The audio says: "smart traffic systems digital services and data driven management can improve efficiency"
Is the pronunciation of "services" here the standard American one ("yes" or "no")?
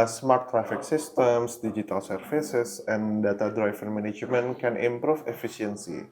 no